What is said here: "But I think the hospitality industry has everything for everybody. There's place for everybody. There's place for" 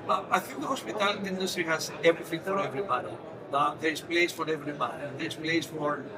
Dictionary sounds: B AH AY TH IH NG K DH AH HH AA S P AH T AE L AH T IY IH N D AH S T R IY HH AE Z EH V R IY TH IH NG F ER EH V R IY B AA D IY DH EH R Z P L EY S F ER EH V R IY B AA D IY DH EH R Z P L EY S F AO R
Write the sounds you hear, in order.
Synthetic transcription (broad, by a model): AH AY TH IH NG K DH AH HH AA S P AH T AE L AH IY IH N D AH S T R IY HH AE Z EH V R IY F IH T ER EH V R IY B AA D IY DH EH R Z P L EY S F ER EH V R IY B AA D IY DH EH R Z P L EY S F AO R